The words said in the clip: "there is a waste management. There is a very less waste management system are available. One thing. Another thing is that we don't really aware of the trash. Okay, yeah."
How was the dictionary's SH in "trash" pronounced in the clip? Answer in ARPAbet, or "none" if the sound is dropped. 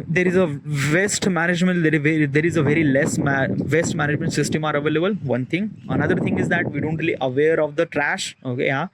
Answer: SH